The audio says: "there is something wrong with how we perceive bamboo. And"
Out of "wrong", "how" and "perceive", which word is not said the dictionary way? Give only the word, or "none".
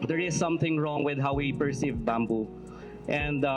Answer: none